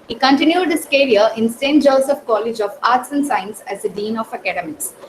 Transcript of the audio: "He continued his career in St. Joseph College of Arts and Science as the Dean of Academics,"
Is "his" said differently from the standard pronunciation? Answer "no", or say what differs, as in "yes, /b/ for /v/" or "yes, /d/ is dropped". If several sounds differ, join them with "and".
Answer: yes, /s/ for /z/